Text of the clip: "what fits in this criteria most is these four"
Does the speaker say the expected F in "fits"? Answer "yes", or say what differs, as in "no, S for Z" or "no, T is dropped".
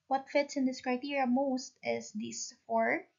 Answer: yes